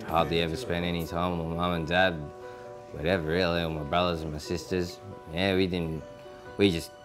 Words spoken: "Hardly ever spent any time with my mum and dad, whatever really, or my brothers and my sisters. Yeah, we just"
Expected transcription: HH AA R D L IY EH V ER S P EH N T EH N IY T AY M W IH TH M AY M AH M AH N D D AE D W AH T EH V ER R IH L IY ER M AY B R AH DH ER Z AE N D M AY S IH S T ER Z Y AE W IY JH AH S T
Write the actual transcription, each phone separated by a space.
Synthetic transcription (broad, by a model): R AA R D L IY EH V ER S P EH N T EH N IY T AY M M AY M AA M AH N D D AE D W AH T EH V ER R IH L IY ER M AY B R AH DH ER Z N M AY S IH S T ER Z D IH W IY JH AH S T